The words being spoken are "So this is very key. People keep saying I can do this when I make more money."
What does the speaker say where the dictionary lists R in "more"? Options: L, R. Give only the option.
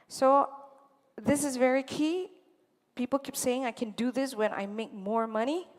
R